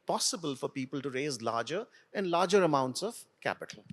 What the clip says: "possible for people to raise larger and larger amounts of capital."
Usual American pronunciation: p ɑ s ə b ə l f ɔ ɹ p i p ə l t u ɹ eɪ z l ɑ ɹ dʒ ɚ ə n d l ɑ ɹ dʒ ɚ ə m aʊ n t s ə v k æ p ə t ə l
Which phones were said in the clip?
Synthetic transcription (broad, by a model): p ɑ s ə b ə l f ɔ ɹ p i p ə l t u ɹ eɪ z l ɑ ɹ dʒ ɚ ə n d l ɑ ɹ dʒ ɚ ə m aʊ n t s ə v k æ p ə t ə l